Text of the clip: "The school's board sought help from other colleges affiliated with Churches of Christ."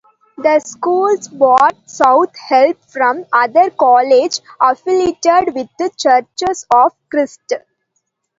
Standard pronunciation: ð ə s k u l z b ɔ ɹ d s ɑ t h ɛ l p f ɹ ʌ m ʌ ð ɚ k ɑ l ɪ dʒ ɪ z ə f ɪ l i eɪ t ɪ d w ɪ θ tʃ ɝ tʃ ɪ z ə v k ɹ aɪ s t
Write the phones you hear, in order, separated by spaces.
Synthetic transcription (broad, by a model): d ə s k u l s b ɔ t s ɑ t h ɛ l p f ɹ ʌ m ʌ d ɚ k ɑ l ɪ dʒ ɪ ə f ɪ l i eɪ t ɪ d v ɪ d tʃ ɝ tʃ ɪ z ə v k ɹ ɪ s t